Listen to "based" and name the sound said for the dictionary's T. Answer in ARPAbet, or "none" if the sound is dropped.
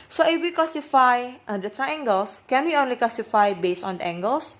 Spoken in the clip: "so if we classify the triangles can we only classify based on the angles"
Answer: none